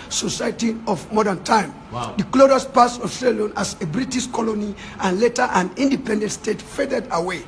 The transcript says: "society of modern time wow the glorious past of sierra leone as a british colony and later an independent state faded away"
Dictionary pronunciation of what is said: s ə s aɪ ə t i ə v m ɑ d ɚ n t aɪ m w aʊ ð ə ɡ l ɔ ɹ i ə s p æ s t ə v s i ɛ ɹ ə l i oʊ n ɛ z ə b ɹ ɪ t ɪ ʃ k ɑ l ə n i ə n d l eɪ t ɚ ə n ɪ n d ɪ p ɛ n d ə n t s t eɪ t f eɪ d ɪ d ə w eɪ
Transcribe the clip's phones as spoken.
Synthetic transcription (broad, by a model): s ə s aɪ t i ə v m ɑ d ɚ n t aɪ m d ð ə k l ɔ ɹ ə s p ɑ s ə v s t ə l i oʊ n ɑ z ə b ɹ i t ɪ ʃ k ɑ l ə n i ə n l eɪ t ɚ ə n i n d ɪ p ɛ n d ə n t s t eɪ t f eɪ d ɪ d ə w eɪ